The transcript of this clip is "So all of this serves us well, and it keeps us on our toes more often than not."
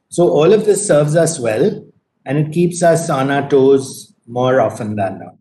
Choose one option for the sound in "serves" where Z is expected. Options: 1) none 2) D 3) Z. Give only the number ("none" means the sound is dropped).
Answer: 3